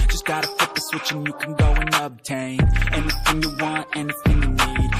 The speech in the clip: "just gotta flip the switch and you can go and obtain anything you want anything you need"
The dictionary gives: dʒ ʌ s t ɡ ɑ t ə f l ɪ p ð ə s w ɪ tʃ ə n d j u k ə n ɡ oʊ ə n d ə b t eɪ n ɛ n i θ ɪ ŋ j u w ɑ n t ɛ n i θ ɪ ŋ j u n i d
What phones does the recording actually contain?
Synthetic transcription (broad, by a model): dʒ ʌ s ɡ ɑ t ə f ɪ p ð ə s w ɪ tʃ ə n j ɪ k n ɡ oʊ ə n ə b t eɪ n ɛ n i θ ɪ ŋ j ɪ w ɑ n t ɛ n i θ ɪ ŋ j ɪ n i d